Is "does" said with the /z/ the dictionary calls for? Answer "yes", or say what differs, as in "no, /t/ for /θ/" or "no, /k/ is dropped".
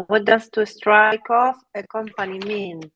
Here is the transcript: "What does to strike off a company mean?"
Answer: no, /s/ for /z/